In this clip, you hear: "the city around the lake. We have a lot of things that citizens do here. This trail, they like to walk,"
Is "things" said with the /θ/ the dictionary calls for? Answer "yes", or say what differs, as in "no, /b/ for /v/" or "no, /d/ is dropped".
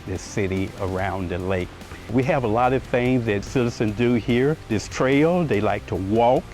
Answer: yes